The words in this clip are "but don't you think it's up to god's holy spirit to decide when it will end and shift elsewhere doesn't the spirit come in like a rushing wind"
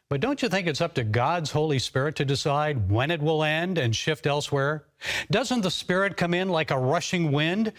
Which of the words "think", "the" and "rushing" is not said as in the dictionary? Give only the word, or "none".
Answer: none